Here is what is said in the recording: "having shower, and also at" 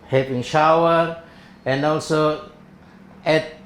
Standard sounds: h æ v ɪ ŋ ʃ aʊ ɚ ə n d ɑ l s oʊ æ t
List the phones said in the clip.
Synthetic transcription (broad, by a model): h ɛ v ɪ ŋ ʃ aʊ ɚ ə n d ɑ l s oʊ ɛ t